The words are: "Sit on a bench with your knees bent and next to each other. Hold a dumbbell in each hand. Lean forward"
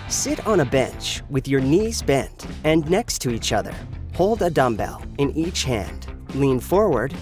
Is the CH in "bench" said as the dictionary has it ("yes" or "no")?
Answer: yes